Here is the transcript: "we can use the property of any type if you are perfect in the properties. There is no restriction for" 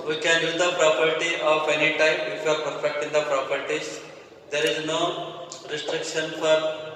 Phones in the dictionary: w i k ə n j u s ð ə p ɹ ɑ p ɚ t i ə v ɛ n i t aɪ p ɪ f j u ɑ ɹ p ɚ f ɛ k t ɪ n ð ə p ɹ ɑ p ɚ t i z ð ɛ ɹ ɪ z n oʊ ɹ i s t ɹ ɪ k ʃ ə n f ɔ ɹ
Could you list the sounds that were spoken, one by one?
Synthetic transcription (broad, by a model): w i k ə n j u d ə p ɹ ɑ p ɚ t i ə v ɛ n i t aɪ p ɪ f j u ɑ ɹ p ɚ f ɛ k t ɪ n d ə p ɹ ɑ p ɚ t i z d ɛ ɹ ɪ z n oʊ ɹ i s t ɹ ɪ k ʃ ə n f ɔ ɹ